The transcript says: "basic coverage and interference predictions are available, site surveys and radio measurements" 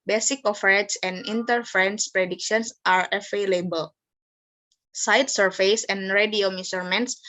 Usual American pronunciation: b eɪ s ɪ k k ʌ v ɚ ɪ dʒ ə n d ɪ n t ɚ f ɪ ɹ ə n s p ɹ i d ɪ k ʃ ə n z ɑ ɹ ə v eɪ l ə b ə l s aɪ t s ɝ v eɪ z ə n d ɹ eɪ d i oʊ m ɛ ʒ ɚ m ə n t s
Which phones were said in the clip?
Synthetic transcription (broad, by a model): b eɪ s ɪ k k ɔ f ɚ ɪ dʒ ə n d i n t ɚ f ɹ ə n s p ɹ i d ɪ k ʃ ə n s ɑ ɹ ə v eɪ l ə b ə l s aɪ t s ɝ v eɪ s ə n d ɹ eɪ d i oʊ m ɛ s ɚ m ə n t s